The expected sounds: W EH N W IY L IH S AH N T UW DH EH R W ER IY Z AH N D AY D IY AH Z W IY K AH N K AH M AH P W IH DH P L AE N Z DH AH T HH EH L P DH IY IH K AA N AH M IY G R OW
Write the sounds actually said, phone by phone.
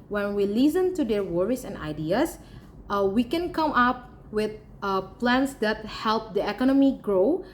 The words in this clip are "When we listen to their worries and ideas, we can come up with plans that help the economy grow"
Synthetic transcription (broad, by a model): W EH N W IY L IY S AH N T UW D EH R W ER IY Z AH N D AY D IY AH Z W IY K AH N K AH M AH P W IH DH P L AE N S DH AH T HH EH L P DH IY IH K AA N AH M IY G R OW